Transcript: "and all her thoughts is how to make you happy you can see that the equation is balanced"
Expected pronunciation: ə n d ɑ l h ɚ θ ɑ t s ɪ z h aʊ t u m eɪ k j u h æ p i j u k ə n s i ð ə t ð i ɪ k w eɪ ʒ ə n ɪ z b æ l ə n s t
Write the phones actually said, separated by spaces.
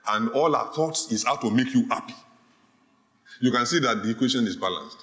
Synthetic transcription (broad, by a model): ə n d ɑ l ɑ θ ɑ t s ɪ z h aʊ t u m eɪ k j u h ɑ p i j u k ə n s i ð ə t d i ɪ k w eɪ ʃ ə n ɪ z b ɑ l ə n s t